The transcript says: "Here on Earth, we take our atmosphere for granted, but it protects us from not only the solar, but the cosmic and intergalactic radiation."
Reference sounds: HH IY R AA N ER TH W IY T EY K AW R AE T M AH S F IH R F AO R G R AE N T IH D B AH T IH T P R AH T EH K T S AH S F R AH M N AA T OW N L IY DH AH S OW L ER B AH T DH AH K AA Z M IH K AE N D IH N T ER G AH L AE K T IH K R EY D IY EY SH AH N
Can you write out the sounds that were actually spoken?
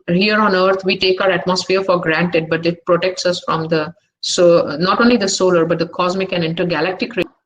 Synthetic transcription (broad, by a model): HH IY R AA N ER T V IY T EY K AW R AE T M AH S F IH R F AO R G R AE N T IH D B AH T IH T P R AH T EH K T S AH S F R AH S N AA T OW N L IY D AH S OW L ER B AH T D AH K AA Z M IH K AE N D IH N T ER G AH L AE K T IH K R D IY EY